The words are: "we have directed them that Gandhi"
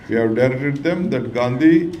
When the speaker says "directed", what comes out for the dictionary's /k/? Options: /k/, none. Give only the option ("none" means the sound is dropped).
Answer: none